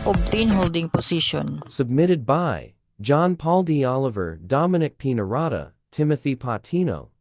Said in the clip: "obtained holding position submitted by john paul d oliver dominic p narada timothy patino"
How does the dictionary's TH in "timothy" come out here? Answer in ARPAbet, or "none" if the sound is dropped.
TH